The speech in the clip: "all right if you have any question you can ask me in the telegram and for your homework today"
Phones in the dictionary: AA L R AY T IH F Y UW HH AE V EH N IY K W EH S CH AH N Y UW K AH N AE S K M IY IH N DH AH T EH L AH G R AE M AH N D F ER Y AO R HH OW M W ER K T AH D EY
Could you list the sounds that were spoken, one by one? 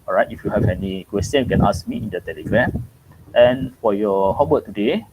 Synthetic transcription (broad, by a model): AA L R AY T IH F Y UW HH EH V EH N IY K W EH S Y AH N Y UW K AH N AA S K M IY IH N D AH T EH L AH G R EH M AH N F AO Y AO HH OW W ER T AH D EY